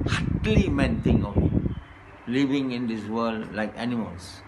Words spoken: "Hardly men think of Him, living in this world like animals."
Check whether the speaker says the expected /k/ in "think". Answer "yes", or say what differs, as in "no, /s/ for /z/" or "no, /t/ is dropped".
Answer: no, /k/ is dropped